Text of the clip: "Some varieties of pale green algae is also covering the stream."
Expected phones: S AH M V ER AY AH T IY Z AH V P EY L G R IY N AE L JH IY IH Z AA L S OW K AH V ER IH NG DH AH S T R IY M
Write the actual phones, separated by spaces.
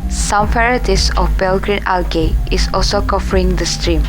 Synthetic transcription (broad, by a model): S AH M F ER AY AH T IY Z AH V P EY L G R IY N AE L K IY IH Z AA L S OW K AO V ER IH NG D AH S T R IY M